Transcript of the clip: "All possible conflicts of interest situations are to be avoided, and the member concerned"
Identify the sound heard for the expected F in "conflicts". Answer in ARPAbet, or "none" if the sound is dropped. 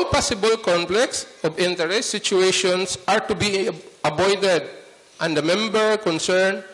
P